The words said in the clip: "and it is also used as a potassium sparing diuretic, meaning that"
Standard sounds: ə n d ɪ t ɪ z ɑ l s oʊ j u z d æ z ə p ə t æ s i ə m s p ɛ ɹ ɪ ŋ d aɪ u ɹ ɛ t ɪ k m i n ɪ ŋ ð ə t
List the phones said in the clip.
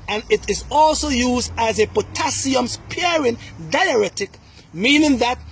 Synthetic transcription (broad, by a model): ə n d ɪ t ɪ z ɑ l s oʊ j u z d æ z ə p ə t æ s i ə m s p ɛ ɹ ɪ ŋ d aɪ u ɹ ɛ t ɪ k m i n ɪ ŋ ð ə t